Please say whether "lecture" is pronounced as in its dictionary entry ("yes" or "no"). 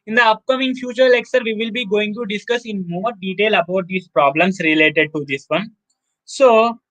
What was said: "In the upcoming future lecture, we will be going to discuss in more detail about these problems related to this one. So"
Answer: no